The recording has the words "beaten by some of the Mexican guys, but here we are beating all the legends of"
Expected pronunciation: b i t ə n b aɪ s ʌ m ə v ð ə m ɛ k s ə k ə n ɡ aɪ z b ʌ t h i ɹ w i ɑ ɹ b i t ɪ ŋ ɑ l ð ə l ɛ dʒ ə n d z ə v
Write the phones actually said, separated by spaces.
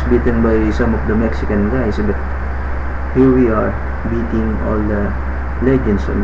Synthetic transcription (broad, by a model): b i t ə n b aɪ s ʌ m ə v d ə m ɛ k s ə k ə n ɡ aɪ s b ʌ t h i ɹ w i ɑ ɹ b i t ɪ ŋ ɑ l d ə l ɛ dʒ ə n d s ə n